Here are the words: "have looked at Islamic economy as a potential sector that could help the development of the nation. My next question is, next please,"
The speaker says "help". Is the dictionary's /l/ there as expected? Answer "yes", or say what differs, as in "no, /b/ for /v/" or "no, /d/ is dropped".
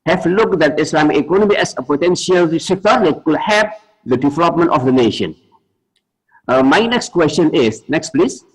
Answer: no, /l/ is dropped